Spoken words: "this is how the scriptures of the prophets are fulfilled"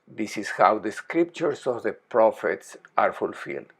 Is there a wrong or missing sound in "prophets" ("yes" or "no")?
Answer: no